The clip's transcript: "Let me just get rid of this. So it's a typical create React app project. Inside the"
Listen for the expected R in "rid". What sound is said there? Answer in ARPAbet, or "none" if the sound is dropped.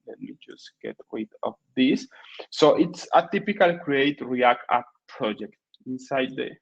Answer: W